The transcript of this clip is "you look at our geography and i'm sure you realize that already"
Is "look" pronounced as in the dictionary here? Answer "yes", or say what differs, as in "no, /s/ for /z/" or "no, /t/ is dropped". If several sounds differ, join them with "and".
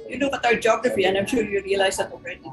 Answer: no, /n/ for /l/